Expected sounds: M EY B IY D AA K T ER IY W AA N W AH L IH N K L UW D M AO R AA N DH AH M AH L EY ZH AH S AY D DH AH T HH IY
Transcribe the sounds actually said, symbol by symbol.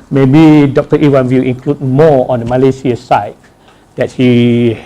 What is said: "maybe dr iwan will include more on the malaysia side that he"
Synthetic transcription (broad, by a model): M EY B IY D AA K T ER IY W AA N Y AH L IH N K L UW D M AO AA N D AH M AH L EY S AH S AY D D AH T HH IY